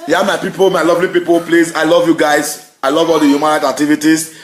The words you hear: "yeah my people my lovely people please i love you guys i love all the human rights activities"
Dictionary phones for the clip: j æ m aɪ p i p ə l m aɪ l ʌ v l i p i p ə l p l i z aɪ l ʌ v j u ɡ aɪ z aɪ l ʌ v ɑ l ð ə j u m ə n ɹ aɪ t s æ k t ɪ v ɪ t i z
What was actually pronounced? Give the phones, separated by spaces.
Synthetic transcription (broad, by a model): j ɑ m aɪ p i p ə l m aɪ l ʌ v l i p i p ə l p l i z aɪ l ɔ v j u ɡ aɪ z aɪ l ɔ v ɑ l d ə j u m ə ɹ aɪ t æ k t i v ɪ t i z